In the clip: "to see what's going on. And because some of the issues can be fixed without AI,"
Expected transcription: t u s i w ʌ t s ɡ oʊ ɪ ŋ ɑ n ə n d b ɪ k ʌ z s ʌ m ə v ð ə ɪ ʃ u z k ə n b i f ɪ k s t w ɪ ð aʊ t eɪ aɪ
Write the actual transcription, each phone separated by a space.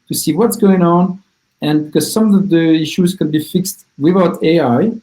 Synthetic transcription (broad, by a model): t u s i w ʌ t s ɡ oʊ ɪ ŋ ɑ n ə n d b ɪ k ʌ z s ʌ m ə v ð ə ɪ ʃ u z k ə n b i f ɪ k s t w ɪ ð aʊ t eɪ aɪ